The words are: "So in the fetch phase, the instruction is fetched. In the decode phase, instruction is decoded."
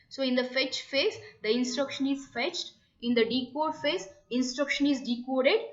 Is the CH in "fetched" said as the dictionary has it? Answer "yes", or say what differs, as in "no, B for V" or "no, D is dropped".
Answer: yes